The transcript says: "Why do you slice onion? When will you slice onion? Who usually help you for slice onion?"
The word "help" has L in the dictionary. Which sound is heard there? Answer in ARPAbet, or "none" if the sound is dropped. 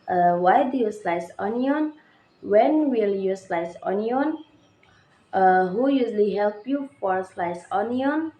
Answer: L